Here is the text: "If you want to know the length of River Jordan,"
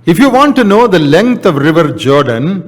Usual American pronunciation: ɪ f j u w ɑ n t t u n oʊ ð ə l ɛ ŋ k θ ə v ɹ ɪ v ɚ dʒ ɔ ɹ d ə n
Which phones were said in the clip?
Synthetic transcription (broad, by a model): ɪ f j u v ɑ n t t u n oʊ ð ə l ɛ ŋ k t ə v ɹ ɪ v ɚ dʒ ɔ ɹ d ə n